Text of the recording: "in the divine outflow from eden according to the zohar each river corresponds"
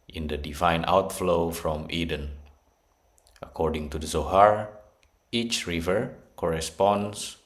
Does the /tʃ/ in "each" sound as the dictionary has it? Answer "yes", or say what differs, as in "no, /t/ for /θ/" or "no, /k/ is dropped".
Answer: yes